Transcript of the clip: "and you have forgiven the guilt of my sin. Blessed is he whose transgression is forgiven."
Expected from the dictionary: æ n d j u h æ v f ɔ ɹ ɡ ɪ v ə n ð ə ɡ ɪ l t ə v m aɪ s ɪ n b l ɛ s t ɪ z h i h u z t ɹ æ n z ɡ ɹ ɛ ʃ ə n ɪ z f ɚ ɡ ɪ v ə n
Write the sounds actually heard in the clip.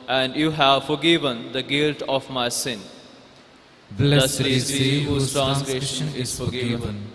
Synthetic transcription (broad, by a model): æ n d j u h æ v f ɔ ɹ ɡ ɪ v ə n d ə ɡ ɪ l t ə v m aɪ s ɪ n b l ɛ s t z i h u t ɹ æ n s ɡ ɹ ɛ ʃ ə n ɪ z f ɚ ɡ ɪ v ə n